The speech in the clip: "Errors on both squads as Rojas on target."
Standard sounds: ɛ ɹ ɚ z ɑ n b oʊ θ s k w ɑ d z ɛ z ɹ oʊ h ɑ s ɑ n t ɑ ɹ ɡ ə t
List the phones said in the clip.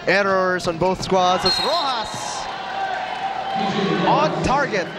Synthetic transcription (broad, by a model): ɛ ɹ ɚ z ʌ n b oʊ θ s k w ɑ d z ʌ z ɹ oʊ h ɑ s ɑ n t ɑ ɹ ɡ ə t